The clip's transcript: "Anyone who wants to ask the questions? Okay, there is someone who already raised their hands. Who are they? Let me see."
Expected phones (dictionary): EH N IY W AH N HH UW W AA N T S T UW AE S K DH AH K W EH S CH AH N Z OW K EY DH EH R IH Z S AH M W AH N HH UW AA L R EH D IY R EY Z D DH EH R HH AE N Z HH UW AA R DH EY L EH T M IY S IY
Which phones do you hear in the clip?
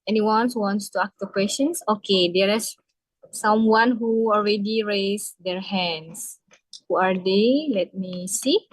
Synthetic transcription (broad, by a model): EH N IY W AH N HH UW W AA N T S T UW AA K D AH K W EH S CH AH N S OW K EY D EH R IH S S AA M W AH N HH UW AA L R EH D IY R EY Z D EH R HH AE N S HH UW AA R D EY L EH T M IY S IY